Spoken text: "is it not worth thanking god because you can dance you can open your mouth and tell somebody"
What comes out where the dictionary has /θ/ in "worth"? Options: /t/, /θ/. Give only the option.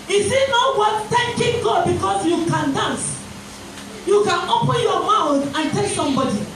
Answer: /t/